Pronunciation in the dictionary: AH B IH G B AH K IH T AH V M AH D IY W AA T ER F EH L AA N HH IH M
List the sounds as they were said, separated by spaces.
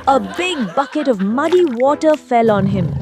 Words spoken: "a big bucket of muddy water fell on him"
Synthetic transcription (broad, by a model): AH B IH G B AH K IH T AH V M AH D IY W AA T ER F EH L AA N HH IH M